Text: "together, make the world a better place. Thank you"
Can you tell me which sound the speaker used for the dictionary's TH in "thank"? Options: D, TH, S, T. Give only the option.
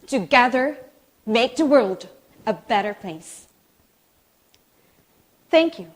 TH